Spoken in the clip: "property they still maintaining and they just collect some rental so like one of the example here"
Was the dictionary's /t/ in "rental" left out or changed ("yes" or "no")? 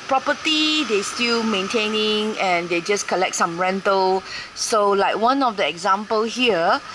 no